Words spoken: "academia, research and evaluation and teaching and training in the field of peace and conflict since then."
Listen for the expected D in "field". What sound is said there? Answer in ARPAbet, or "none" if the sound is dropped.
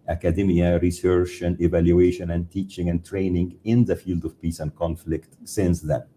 D